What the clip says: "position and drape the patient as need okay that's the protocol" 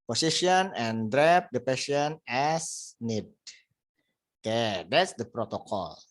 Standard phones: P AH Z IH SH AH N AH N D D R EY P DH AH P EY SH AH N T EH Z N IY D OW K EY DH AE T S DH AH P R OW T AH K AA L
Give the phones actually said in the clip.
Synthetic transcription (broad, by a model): P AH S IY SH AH N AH N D D R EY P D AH P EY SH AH N EH S N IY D OW K EY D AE T S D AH P R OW T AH K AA L